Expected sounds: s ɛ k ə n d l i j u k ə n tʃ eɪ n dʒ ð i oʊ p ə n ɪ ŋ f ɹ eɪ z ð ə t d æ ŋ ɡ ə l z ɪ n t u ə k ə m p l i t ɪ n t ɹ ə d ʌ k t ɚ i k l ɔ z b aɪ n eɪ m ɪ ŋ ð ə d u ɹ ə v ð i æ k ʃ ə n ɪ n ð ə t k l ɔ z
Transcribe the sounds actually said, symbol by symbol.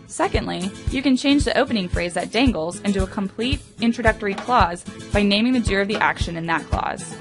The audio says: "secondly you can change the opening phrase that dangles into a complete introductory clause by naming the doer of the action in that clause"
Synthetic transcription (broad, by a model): s ɛ k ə n d l i j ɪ k ə n tʃ eɪ n dʒ ð i oʊ p ə n ɪ ŋ f ɹ eɪ z ð ə t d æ ŋ ɡ l z ɪ n t u ə k ə m p l i t ɪ n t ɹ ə d ʌ k t ɚ i k l ɔ z b aɪ n eɪ m ɪ ŋ ð ə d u ɹ ə v ð i æ k ʃ ə n ɪ n ð ə t k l ɔ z